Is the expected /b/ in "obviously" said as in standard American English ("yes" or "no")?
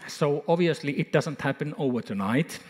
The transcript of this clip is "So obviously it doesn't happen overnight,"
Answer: no